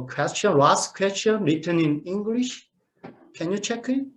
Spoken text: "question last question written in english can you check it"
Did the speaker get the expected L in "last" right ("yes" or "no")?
no